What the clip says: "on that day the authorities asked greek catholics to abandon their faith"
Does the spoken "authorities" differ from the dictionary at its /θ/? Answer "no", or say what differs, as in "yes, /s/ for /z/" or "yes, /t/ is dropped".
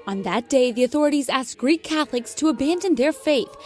no